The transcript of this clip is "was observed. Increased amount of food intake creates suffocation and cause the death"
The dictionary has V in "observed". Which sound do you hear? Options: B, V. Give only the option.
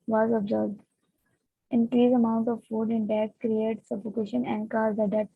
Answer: B